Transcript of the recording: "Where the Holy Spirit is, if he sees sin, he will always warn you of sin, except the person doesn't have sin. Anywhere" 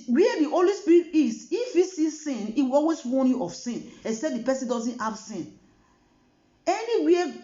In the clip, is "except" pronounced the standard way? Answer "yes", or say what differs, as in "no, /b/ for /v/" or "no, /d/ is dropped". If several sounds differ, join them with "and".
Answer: no, /k/ is dropped